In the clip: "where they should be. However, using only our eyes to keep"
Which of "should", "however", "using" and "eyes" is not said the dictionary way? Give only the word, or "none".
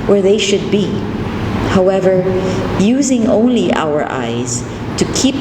none